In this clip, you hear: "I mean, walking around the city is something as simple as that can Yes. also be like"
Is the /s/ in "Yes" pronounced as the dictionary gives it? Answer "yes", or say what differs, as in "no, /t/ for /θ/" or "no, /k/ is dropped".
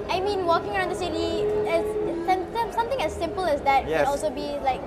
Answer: no, /s/ is dropped